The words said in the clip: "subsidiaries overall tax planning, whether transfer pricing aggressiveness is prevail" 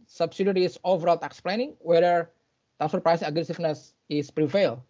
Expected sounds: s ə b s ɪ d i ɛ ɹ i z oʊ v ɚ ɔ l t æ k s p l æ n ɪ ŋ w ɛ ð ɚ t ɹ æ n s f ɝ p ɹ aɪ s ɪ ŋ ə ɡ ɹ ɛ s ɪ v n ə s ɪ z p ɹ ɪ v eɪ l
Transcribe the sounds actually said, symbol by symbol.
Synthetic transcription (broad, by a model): s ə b s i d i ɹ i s oʊ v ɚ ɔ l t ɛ k s p l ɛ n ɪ ŋ w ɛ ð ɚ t æ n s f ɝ p ɹ aɪ s ɪ ŋ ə ɡ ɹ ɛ s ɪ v n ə s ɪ s p ɹ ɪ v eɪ l